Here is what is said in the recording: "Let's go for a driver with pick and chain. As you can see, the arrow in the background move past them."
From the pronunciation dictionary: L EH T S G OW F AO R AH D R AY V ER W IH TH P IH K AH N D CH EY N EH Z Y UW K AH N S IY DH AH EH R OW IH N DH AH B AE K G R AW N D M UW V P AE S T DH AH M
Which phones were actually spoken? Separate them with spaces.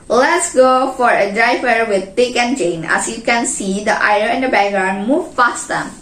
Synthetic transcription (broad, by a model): L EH T S G OW F AO R AH D R AY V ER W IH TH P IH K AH N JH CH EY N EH S Y UW K AH N S IY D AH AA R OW IH N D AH B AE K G R AW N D M UW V F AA S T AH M